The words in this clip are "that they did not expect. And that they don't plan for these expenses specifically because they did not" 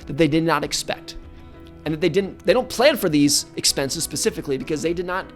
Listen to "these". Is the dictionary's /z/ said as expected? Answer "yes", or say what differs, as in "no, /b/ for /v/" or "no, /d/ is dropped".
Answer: yes